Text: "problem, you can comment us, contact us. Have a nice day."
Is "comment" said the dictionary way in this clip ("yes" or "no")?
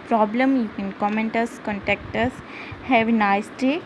yes